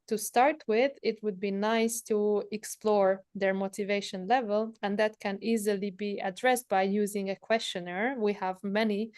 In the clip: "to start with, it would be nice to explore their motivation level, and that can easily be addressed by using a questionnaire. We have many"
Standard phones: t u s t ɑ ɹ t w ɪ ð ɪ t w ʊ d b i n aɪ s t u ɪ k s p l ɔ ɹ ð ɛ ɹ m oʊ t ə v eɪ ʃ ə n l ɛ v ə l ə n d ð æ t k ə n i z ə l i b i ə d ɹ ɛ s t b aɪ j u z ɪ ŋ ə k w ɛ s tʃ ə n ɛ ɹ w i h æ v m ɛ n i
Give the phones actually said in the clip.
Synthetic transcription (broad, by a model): t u s t ɑ ɹ t w ɪ ð ɪ t w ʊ d b i n aɪ s t u ɪ k s p l ɔ ɹ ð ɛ ɹ m oʊ t ə v eɪ ʃ ə n l ɛ v ə l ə n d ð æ t k ə n i z ə l i b i ə d ɹ ɛ s t b aɪ j u z ɪ ŋ ə k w ɛ s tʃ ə n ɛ ɹ w i h æ v m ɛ n i